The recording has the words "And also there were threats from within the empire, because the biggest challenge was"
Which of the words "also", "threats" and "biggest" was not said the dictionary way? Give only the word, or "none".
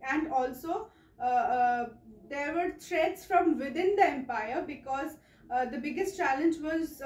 threats